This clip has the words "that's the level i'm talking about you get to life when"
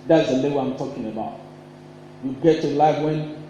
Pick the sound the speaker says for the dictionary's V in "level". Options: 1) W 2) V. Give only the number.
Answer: 1